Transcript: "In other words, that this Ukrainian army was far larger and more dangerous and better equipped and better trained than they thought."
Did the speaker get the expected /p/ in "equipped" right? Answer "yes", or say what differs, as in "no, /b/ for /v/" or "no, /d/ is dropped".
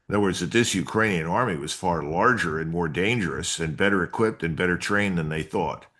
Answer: yes